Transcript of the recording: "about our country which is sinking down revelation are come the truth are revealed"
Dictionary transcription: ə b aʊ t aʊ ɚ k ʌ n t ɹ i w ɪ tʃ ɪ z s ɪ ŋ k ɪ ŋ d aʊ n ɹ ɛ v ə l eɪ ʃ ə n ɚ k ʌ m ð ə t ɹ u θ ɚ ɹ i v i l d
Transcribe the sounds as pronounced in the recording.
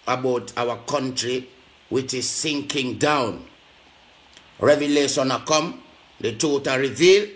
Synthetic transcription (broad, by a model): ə b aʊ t aʊ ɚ k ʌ n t ɹ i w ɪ tʃ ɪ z s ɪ ŋ k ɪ ŋ d aʊ n ɹ ɛ v ə l eɪ ʃ ə n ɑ k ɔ m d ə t u t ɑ ɹ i v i l